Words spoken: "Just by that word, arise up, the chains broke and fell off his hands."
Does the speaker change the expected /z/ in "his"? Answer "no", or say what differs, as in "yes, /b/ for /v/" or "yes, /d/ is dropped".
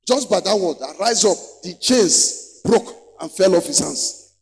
yes, /s/ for /z/